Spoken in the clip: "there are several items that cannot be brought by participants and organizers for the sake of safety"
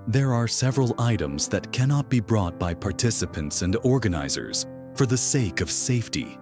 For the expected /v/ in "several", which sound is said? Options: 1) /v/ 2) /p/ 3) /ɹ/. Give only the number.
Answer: 1